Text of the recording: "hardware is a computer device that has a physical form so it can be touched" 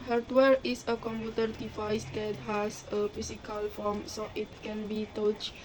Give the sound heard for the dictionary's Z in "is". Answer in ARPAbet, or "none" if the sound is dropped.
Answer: S